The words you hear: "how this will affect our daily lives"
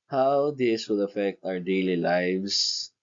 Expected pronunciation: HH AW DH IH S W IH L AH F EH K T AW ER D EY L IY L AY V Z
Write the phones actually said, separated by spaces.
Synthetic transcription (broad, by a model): HH AW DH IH S W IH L AH F EH K T AW ER D EY L IY L AY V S